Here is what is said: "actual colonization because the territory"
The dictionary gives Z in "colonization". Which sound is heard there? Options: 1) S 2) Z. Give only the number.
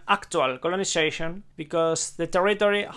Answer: 1